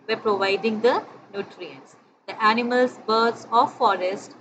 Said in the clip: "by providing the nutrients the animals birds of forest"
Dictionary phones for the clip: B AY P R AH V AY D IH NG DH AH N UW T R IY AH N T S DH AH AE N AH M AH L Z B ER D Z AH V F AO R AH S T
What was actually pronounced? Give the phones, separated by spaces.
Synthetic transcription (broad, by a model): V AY P R AH V AY D IH NG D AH N UW T R IY AH N T S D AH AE N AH M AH L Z B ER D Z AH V F AO R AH S T